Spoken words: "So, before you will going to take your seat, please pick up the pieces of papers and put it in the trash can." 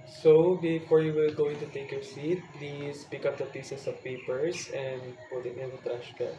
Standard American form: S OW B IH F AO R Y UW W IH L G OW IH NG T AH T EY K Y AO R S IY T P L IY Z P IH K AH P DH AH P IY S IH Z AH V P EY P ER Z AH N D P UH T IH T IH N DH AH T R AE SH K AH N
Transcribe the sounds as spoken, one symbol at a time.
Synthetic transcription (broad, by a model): S OW B IH F AO R Y UW W IH L G OW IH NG T AH T EY K Y AO R S IY T P L IY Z P IH K AH P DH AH P IY S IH S AH V P EY P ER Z AH N D P UH T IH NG IH N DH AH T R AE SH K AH